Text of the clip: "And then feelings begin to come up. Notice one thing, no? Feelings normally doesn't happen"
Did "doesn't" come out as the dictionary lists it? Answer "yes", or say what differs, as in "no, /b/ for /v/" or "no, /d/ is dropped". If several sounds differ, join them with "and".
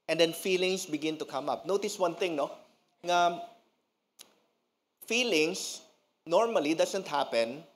no, /s/ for /z/